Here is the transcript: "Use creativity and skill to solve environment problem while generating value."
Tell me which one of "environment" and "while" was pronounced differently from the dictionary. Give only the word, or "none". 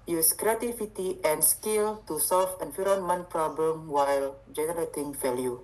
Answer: environment